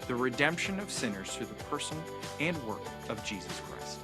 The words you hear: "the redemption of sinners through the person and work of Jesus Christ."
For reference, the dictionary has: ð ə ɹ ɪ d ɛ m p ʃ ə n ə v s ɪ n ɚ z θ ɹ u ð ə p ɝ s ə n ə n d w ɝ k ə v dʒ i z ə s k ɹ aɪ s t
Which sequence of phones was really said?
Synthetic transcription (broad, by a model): ð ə ɹ ɪ d ɛ m p ʃ ə n ə v s ɪ n ɚ z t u ð ə p ɝ s ə n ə n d w ɝ k ə v dʒ i z ə s k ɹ aɪ s t